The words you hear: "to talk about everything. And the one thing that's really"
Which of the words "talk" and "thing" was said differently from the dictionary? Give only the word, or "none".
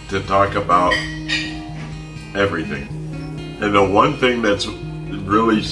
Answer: none